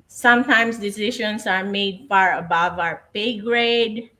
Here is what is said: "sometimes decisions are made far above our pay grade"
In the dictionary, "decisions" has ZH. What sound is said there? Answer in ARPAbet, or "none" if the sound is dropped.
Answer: SH